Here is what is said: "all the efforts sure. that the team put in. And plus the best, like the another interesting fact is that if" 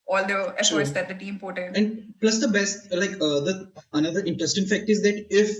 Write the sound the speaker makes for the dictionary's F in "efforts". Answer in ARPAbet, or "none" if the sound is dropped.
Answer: none